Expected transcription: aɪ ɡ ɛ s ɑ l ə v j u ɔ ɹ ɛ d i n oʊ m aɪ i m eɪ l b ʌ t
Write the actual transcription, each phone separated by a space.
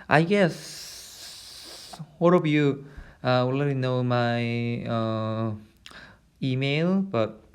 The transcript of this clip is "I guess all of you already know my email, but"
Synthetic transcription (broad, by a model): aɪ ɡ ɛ s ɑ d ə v j u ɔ l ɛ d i n oʊ m aɪ i m eɪ l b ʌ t